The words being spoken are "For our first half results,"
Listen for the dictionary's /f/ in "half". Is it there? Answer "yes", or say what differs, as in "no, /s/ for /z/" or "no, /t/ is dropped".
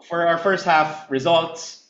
yes